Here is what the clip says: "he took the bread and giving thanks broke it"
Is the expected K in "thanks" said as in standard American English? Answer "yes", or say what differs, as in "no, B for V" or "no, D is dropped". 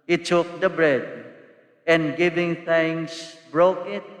no, K is dropped